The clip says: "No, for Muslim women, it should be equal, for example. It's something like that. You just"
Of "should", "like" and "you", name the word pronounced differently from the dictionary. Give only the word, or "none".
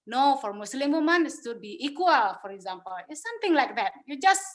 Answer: should